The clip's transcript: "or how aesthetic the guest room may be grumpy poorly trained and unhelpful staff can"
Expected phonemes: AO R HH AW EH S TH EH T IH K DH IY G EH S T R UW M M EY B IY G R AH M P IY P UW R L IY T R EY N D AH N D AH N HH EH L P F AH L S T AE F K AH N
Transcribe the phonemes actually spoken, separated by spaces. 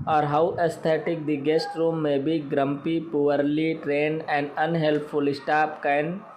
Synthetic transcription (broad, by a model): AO R HH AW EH S T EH T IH K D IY G EH S T R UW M M EY B IY G R AH M P IY P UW R L IY T R EY N D AH N D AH N HH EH L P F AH L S T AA P K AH N